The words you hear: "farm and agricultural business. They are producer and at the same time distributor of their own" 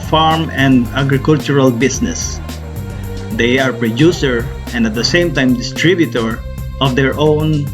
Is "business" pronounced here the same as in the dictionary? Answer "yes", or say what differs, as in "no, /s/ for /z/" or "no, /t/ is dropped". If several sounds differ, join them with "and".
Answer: no, /s/ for /z/